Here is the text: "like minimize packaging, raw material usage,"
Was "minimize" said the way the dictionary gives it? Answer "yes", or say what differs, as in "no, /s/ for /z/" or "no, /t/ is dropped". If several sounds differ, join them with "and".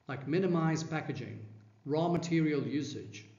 yes